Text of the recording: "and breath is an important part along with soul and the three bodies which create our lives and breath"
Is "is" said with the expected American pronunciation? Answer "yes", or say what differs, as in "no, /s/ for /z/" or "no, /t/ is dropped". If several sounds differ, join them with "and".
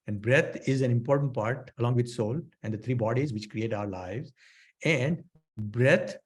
yes